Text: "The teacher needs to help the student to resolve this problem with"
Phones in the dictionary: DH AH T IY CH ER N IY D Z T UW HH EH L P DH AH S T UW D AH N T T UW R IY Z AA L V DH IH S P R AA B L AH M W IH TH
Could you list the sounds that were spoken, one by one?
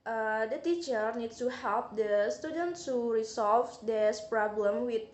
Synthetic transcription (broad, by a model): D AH T IY CH ER N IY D T UW HH EH L P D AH S T UW D AH N T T UW R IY S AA L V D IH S P R AA B L AH M W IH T